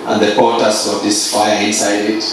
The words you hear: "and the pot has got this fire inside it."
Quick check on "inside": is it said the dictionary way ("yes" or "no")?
yes